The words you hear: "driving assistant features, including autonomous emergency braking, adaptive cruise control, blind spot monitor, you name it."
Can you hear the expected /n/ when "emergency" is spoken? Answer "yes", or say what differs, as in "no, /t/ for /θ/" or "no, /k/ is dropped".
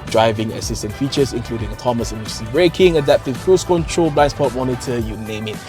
no, /n/ is dropped